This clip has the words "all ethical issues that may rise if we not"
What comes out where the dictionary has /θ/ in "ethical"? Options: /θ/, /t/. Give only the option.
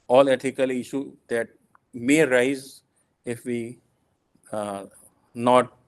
/t/